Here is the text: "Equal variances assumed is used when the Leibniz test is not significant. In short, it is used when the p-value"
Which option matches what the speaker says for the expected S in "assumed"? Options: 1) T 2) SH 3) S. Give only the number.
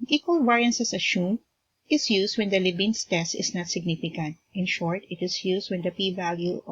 2